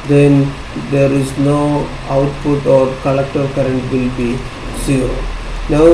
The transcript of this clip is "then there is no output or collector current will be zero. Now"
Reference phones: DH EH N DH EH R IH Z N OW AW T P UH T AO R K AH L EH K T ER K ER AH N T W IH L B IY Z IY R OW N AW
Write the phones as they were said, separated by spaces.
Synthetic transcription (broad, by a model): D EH N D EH R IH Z N OW AW T P UH T AO R K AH L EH K T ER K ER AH N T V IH L B IY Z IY OW N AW